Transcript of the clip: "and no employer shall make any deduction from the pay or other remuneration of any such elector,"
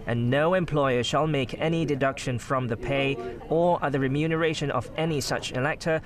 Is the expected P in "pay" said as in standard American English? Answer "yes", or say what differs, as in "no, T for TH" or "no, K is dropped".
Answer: yes